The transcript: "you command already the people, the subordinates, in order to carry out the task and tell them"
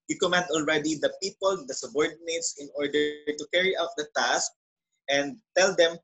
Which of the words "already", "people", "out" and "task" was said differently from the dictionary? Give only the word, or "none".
none